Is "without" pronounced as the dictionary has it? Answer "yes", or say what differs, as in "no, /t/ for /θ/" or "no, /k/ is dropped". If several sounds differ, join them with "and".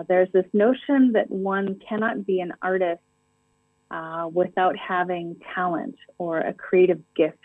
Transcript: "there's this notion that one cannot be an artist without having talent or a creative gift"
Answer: yes